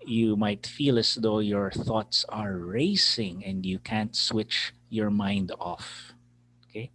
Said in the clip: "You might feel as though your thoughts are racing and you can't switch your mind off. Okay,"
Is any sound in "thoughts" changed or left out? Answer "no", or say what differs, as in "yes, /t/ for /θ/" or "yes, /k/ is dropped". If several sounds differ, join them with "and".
no